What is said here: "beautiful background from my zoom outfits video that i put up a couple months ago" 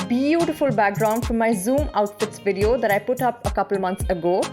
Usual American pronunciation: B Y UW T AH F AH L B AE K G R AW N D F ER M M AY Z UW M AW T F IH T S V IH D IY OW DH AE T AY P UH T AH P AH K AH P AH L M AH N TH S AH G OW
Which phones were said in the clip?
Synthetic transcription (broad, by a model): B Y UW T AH F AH L B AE K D R AW N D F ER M M AY Z UW M AW T F IH T S V IH D IY OW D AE T AY P UH T AH P AH K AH P L M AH N T S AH G OW